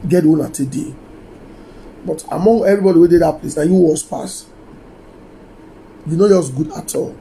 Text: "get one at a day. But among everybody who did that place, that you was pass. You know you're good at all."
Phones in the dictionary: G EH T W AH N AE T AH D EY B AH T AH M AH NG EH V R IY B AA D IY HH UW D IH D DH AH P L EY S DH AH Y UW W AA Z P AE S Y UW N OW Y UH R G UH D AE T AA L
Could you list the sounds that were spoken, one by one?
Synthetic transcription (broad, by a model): G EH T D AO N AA T AH D EY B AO T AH M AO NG EH V R IY B AA D IY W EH D IH D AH P L EY S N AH Y UW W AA S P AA S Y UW N OW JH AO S G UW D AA T AA L